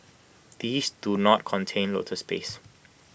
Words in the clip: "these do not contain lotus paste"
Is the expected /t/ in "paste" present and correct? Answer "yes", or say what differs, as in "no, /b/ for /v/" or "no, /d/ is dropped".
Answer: no, /t/ is dropped